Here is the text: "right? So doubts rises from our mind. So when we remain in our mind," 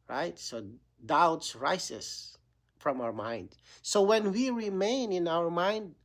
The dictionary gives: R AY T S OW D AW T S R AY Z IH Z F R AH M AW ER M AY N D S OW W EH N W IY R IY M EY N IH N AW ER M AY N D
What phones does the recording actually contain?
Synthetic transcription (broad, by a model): R AY T S OW D AW T S R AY S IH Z F R AH M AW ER M AY N D S OW W EH N W IY R IY M EY N IH N AW ER M AY N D